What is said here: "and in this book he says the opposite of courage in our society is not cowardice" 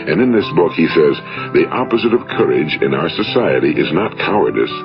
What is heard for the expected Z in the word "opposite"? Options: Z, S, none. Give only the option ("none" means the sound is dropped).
Z